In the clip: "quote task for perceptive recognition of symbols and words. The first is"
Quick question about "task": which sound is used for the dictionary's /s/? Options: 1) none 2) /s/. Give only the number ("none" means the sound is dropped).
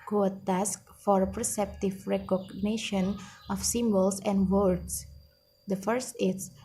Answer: 2